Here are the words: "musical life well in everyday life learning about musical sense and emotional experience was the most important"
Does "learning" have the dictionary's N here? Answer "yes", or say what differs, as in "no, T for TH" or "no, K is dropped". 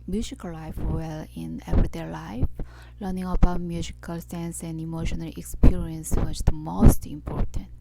yes